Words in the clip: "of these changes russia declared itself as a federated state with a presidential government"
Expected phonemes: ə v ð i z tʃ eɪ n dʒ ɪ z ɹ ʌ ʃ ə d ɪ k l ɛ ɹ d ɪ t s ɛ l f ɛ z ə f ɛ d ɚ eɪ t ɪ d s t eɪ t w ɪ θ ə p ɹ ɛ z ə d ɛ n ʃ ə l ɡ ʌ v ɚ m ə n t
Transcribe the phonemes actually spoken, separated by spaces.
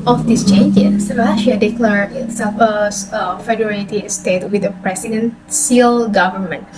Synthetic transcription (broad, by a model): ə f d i s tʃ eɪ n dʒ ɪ s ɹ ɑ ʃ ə d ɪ k l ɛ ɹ ɪ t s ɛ f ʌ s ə f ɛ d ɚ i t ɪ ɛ s t eɪ t w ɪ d ə p ɹ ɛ s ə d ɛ n s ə l ɡ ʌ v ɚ m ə n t